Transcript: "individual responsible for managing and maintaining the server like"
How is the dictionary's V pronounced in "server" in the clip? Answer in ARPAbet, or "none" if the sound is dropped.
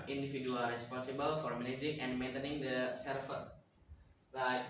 F